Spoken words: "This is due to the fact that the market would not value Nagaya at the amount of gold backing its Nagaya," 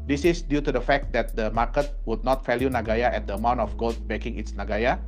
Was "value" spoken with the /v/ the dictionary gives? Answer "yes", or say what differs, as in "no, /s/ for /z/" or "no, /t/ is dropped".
no, /f/ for /v/